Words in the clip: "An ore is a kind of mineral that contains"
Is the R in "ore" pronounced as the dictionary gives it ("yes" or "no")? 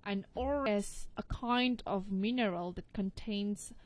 no